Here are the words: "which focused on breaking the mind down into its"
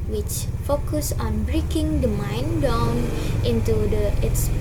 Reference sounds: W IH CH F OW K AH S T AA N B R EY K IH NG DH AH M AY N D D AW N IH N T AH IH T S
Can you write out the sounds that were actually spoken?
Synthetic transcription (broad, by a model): W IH CH F OW K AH S AA N B R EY K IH NG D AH M AY N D D AW N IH N T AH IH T S